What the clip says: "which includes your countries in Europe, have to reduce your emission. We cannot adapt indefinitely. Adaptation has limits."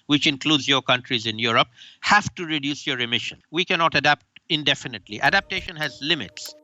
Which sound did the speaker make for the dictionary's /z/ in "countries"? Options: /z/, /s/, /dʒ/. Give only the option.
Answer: /z/